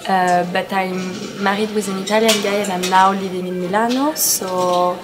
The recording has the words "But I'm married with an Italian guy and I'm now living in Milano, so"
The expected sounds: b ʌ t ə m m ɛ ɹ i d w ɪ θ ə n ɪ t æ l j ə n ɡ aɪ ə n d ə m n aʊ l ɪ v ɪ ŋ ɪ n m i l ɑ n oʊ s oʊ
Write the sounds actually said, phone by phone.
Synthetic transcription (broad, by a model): b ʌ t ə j m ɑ ɹ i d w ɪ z ə n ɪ t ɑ l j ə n ɡ aɪ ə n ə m l aʊ l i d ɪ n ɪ m i l ɑ n oʊ s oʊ